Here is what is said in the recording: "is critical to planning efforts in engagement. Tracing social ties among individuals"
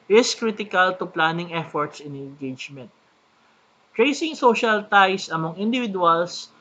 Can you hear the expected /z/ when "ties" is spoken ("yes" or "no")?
no